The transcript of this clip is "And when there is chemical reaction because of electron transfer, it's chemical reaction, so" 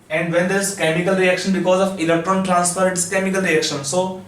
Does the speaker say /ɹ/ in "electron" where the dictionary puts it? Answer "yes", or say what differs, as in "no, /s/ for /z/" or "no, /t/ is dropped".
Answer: yes